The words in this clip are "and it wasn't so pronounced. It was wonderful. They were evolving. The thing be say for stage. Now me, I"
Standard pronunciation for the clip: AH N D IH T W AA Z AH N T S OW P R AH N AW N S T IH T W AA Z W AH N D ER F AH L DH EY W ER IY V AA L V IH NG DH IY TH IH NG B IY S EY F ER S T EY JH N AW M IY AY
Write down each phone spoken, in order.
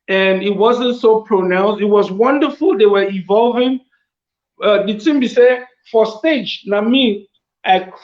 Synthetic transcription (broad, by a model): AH N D IH T W AA Z AH N T S OW P R AH N AW N S T IH T W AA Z W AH N D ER F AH L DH EY W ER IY V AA L V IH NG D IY S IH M B IY S EY F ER S T EY JH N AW M IY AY